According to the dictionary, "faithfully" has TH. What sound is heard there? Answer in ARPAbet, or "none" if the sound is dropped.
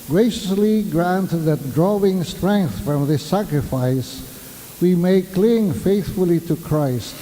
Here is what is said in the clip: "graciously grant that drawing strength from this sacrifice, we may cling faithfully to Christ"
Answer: TH